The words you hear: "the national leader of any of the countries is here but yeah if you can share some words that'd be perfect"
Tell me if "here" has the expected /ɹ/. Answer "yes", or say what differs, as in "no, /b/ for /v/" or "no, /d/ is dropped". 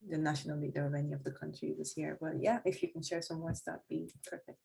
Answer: yes